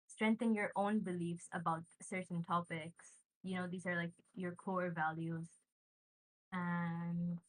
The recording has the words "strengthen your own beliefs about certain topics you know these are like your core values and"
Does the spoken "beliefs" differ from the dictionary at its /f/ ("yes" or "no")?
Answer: no